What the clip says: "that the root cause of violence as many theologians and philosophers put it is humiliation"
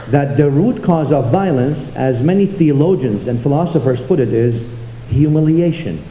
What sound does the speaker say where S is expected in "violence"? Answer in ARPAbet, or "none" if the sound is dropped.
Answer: S